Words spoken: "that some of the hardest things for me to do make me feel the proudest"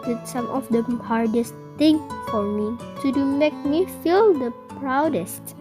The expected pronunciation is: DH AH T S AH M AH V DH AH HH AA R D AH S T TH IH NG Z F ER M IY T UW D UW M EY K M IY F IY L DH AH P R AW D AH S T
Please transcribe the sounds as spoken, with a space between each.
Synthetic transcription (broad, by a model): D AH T S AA M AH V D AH HH AA R D AH S T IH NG F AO M IY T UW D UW M EY K M IY F IY L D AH P R AW D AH S T